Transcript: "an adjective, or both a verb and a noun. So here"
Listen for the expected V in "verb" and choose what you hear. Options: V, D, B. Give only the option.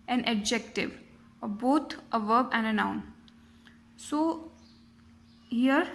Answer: V